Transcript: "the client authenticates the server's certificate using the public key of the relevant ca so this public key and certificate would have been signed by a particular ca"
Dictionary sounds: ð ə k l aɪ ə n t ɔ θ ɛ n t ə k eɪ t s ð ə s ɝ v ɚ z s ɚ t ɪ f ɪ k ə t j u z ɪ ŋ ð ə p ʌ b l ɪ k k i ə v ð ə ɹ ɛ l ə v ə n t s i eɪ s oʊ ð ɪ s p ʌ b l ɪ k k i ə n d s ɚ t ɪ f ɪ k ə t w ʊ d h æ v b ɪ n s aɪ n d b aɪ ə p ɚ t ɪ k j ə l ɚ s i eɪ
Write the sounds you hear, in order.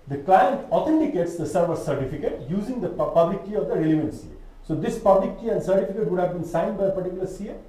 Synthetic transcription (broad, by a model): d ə k l aɪ ə n t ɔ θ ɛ n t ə k eɪ t s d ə s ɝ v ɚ s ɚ t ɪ f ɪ k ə t j u z ɪ ŋ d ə p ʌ b l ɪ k k i ə v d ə ɹ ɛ l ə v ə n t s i s oʊ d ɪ s p ʌ b l ɪ k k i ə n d s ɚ t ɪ f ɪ k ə t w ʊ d h æ v b ɪ n s aɪ n d b aɪ ə p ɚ t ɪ k j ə l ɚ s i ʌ